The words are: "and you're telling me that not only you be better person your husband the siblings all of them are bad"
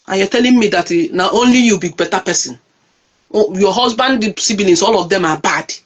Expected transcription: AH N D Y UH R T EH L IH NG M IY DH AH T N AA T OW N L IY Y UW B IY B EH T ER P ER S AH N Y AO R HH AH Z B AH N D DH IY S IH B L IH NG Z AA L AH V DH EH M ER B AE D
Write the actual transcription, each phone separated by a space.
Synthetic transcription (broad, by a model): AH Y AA T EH L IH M M IY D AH T N AA T OW N L IY Y UW B IY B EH T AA P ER S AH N Y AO HH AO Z B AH N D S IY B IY L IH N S AA L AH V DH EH M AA B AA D